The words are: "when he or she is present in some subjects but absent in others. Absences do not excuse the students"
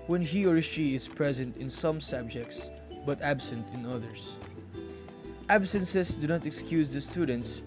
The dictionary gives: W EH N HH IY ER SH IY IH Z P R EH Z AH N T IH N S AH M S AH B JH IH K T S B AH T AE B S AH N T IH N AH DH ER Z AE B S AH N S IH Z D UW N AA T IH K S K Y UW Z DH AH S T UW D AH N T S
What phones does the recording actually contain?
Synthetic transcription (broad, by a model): W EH N HH IY ER SH IY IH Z P R EH Z AH N T IH N S AH M S AH B JH IH K T S B AH T AE B S AH N T IH N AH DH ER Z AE B S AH N S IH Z D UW N AA T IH K S K Y UW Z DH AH S T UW D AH N T S